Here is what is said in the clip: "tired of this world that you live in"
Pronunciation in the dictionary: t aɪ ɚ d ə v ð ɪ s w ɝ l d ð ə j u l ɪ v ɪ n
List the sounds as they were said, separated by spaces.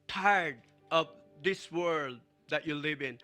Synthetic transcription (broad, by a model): t aɪ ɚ d ə v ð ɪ s w ɝ l d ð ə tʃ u l ɪ v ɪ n